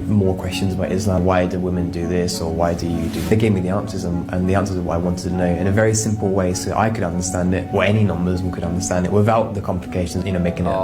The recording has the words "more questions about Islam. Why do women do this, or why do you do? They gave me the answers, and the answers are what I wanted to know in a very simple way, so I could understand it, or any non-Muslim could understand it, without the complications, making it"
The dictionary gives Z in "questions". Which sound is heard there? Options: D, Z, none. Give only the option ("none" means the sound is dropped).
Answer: Z